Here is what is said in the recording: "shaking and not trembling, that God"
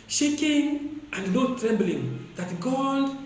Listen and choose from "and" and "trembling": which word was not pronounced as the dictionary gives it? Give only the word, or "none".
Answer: none